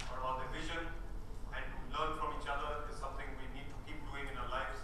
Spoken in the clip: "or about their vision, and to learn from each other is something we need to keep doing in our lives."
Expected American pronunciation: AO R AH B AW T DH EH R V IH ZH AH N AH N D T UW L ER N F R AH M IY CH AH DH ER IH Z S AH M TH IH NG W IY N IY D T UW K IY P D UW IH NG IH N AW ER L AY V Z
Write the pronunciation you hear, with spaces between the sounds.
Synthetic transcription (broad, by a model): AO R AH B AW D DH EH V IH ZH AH N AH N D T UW L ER N F R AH M IY CH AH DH ER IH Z S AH M T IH NG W IY N IY D T UW K IY P D UW IH NG IH N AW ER L AY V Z